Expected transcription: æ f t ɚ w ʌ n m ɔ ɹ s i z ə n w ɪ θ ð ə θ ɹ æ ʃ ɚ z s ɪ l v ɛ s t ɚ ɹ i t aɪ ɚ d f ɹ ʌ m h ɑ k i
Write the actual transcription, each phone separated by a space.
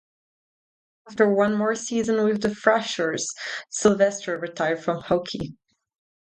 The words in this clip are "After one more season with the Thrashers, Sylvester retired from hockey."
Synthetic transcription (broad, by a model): æ f t ɚ w ʌ n m ɔ ɹ s i z ə n w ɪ ð ə f ɹ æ ʃ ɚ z s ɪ l v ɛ s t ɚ ɹ i t aɪ ɚ d f ɹ ʌ m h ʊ k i